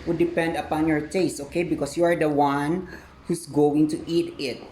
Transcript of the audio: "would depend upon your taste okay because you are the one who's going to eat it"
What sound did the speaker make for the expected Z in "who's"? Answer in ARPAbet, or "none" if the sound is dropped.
S